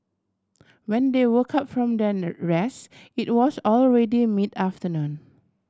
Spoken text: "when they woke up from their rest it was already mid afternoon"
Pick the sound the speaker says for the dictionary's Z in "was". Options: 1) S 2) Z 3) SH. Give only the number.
1